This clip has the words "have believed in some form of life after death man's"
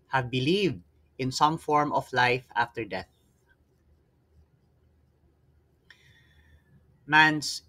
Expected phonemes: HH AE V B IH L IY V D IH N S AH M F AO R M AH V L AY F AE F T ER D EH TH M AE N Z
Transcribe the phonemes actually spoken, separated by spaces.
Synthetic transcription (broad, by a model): HH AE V B IH L IY V D IH N S AH M F AO R M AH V L AY F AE F T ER D EH TH M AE N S